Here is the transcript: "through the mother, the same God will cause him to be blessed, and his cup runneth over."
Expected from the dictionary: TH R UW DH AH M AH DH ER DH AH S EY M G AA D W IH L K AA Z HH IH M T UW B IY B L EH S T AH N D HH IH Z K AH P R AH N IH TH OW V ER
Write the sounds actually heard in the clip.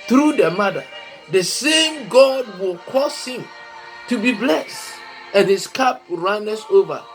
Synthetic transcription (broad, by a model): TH R UW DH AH M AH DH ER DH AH S EY M G AA D W IH L K AA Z HH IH M T UW B IY B L EH S T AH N HH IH S K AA P R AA N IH S OW V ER